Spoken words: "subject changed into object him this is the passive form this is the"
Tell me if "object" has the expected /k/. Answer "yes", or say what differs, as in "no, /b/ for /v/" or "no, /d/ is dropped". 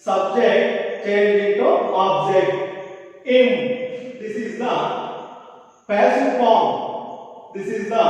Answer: yes